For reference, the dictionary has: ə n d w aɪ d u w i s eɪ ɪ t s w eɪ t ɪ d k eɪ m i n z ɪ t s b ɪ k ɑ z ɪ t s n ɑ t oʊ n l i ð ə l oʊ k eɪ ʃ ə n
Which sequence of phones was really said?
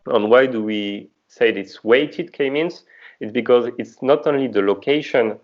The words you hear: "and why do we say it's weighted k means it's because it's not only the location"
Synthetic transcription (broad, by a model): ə n w aɪ d u w i s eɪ ɪ t s w eɪ t ɪ d k eɪ m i n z ɪ t s b ɪ k ɑ z ɪ t s n ɑ t oʊ n l i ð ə l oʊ k eɪ ʃ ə n